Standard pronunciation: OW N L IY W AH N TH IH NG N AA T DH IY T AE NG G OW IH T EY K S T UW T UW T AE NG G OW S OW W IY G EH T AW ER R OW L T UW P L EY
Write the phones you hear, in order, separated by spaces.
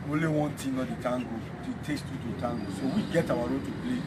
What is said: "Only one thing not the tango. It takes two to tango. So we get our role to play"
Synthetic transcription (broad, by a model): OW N L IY W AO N T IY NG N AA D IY T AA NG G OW IH T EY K S T UW T UW T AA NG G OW S OW W IY G EH T AW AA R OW T UW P L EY